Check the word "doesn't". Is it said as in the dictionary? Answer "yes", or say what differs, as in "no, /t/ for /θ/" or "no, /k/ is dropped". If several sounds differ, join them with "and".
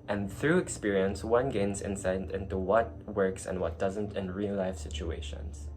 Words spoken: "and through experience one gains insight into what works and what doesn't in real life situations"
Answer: yes